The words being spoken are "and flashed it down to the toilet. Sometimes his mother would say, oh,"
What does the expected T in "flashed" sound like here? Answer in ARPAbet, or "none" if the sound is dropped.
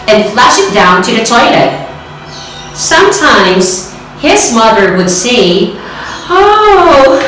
none